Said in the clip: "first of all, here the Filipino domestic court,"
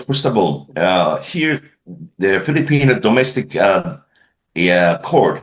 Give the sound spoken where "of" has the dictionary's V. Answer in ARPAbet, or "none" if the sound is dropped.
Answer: B